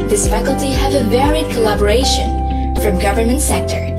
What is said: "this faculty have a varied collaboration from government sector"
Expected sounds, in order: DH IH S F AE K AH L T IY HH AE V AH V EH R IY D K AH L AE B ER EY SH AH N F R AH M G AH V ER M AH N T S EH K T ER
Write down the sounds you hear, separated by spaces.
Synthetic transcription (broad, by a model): DH IH S F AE K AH L T IY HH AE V AH V EH R IY D K AH L AE B ER EY SH AH N F R AH M G AH V ER M AH N T S EH K T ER